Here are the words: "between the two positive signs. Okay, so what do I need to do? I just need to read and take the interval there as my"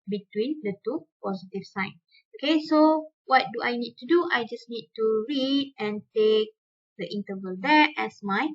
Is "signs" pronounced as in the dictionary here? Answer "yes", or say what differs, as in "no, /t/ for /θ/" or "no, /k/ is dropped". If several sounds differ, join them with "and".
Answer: no, /z/ is dropped